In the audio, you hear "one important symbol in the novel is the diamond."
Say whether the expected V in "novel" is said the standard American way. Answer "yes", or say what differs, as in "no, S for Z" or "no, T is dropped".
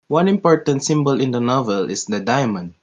yes